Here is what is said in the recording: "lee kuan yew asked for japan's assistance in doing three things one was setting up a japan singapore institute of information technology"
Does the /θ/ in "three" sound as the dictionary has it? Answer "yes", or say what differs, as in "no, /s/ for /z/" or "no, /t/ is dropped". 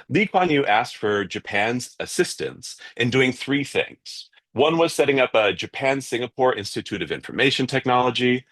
yes